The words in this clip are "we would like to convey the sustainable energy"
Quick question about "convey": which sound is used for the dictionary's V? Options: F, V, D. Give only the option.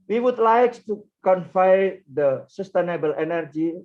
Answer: F